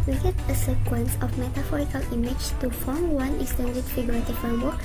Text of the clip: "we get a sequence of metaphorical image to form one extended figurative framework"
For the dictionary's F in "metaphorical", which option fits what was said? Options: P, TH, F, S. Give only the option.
F